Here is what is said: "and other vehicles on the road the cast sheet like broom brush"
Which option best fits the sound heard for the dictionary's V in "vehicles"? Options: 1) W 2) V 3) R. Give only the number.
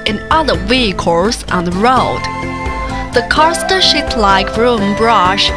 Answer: 1